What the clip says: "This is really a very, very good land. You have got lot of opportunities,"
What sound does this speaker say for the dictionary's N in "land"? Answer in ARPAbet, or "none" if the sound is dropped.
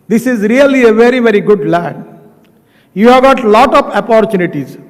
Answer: none